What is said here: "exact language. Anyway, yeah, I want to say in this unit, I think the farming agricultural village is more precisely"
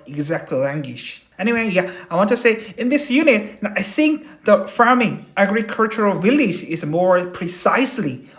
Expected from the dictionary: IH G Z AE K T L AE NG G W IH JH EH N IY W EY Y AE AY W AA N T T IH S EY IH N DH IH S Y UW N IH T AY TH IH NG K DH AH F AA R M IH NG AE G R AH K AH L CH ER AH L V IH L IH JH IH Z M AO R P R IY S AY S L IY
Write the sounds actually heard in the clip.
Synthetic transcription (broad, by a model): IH G Z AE K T L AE NG G W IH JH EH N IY W EY Y AE AY W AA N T T IH S EY IH N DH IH S Y UW N IH T AY TH IH NG K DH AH F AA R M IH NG AE G R AH K AH L CH ER AH L V IH L IH JH IH Z M AO R P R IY S AY S L IY